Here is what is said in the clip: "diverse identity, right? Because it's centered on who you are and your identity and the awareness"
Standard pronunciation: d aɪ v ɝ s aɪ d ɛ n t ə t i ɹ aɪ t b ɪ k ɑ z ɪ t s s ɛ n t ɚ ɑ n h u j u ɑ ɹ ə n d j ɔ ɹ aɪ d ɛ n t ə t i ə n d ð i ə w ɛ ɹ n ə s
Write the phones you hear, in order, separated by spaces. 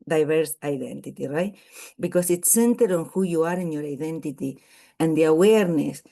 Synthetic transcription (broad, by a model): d aɪ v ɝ s aɪ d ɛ n t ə t i ɹ aɪ t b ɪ k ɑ s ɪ t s s ɛ n t ɚ ɑ n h u j u ɑ ɹ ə n j ɔ ɹ aɪ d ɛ n t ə t i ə n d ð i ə w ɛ ɹ n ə s